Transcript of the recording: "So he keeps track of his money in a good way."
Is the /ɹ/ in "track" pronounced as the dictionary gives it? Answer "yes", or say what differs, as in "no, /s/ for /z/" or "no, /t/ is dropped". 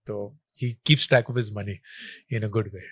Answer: no, /ɹ/ is dropped